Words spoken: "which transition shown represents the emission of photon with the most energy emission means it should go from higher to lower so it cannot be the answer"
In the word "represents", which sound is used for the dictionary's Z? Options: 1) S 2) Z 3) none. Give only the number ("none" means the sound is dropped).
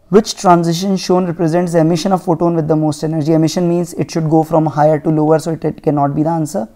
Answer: 2